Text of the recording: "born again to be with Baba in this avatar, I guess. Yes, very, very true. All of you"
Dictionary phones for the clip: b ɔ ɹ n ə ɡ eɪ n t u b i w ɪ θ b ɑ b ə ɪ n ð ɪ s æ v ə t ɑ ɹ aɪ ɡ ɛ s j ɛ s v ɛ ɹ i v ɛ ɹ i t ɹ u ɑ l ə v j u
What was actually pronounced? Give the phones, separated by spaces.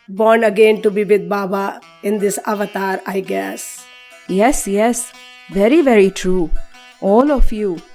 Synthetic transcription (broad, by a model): b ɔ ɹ n ə ɡ eɪ n t u b i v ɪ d b ɑ b ə ɪ n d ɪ s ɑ v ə t ɑ ɹ aɪ ɡ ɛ s j ɛ s v ɛ ɹ i v ɛ ɹ i t ɹ u ɑ l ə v j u